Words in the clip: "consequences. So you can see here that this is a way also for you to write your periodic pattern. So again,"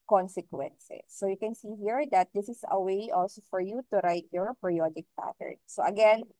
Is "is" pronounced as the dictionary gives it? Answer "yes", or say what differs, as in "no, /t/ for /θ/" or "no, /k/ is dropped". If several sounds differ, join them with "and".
no, /s/ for /z/